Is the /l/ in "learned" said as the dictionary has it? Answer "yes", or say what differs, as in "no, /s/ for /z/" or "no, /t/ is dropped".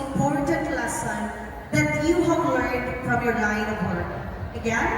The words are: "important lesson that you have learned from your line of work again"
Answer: no, /w/ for /l/